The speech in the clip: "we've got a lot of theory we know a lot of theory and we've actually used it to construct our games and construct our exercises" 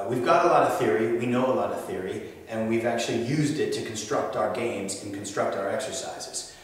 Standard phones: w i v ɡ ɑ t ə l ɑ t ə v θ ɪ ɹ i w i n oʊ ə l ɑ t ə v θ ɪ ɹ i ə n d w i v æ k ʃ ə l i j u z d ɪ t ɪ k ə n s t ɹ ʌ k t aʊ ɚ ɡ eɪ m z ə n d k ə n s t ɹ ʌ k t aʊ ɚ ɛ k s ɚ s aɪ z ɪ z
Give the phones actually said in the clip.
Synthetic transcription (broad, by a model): w i v ɡ ɑ t ə l ɑ t ə v θ ɪ ɹ i w i n oʊ ə l ɑ t ə v θ ɪ ɹ i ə n w i v æ k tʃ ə l i j u z d ɪ t ɪ k n s t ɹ ʌ k t aʊ ɚ ɡ eɪ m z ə n k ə n s t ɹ ʌ k t aʊ ɚ ɛ k s ɚ s aɪ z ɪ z